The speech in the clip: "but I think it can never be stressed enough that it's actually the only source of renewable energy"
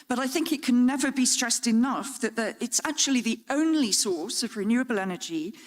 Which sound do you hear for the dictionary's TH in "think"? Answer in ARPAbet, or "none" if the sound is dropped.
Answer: TH